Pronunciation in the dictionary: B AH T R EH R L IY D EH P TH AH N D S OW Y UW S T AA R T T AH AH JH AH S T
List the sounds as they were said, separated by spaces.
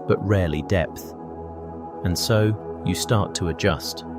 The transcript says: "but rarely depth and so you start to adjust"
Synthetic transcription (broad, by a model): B AH T R EH R L IY D EH P TH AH N S OW Y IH S T AA R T T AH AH JH AH S T